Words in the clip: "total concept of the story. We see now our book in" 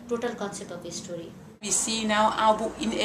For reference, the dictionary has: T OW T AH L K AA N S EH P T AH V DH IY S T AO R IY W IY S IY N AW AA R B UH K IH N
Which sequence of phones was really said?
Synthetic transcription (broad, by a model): T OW T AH L K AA N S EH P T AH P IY S T AO R IY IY S IY N AW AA W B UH IH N